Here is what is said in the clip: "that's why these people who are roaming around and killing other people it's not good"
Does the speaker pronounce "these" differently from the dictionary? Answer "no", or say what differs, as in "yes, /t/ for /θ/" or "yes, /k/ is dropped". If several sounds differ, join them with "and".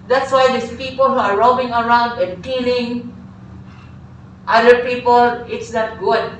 yes, /s/ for /z/